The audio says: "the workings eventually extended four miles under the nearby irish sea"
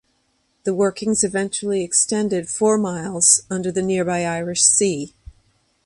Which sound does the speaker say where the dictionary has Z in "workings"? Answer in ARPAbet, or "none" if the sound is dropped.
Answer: Z